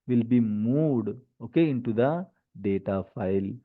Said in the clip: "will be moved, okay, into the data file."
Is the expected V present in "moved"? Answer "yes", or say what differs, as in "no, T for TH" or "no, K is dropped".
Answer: no, V is dropped